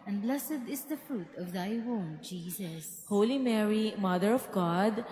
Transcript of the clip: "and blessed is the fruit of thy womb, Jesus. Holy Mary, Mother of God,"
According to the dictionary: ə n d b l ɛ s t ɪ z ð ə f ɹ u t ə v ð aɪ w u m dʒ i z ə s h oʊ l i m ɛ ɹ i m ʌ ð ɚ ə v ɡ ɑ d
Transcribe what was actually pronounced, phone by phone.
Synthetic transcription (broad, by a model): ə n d b l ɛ s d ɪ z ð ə f ɹ u t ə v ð aɪ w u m dʒ i z ə s h oʊ l i m ɛ ɹ i m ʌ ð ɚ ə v ɡ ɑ d